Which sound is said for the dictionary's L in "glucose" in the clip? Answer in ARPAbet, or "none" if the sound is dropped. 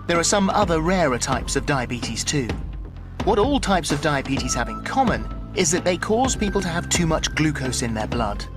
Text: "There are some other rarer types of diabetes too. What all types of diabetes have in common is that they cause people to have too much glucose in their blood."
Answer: L